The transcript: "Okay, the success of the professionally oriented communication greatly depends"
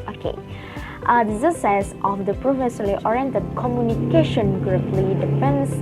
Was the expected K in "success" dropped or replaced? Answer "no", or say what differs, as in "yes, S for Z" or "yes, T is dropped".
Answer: yes, K is dropped